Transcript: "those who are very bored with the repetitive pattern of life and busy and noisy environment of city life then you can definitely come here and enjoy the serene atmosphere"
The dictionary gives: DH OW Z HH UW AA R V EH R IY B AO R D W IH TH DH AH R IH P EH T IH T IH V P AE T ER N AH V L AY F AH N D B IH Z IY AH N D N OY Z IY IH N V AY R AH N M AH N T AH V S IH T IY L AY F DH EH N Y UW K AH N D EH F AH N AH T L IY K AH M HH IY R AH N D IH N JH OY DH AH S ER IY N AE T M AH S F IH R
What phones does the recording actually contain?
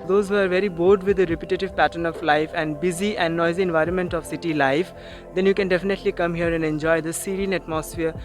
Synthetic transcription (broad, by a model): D OW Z HH UW AA R V EH R IY B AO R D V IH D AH R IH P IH T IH T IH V P AE T ER N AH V L AY F AH N D B IH Z IY AH N D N OY Z IY IH N V AY R AH N M AH N T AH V S IH T IY L AY F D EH N Y UW K AH N D EH F AH N AH T L IY K AH M HH IY R AH N D IH N JH OY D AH S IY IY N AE T M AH S F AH R